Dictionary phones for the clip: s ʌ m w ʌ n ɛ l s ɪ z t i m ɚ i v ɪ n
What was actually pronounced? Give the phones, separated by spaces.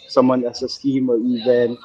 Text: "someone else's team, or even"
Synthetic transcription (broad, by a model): s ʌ m w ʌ n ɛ s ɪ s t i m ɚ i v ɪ n